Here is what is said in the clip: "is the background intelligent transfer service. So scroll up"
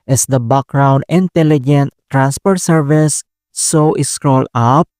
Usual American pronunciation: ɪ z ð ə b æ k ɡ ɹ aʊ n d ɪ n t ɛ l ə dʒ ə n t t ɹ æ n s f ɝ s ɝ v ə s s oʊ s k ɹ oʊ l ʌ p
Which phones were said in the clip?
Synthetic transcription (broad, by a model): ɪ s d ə b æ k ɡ ɹ aʊ n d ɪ n t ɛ l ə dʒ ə n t t ɹ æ n s p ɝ s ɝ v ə s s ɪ s k ɹ oʊ l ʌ p